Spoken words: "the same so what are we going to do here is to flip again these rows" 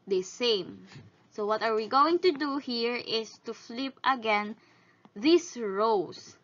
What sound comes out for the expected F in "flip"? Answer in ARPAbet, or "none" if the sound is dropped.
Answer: F